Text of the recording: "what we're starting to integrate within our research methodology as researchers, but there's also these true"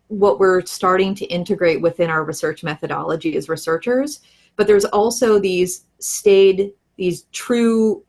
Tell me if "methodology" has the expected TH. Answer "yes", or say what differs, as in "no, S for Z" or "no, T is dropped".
yes